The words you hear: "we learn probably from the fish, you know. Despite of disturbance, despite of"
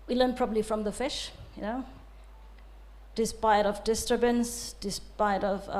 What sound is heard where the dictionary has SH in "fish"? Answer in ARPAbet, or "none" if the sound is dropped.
SH